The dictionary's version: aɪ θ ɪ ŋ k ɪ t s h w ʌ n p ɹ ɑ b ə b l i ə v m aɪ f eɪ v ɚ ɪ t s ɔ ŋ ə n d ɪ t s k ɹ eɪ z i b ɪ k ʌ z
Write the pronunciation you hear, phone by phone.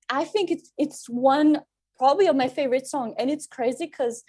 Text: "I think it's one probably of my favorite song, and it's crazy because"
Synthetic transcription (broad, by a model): aɪ θ ɪ ŋ k ɪ t s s w ʌ n p ɹ ɑ b ə b l i ə v m aɪ f eɪ v ɚ ɪ t s ɔ ŋ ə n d ɪ t s k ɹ eɪ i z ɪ k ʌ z